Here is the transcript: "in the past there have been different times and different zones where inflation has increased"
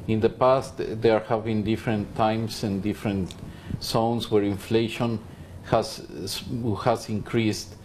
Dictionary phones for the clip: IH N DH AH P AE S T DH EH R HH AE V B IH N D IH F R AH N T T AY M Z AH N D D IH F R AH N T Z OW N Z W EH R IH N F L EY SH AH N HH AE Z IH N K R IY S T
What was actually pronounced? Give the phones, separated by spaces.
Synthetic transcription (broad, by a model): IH N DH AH P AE S T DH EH R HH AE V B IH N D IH F R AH N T T AY M S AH N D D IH F R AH N T S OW N S W EH R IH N F L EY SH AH N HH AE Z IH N K R IY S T